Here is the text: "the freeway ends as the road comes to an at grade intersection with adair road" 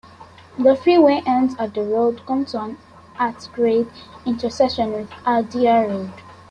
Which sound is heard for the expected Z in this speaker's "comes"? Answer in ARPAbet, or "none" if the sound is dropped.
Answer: none